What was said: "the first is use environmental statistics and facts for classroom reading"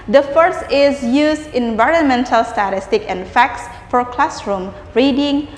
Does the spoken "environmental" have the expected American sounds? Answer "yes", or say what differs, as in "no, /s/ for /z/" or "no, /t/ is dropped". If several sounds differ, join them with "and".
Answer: yes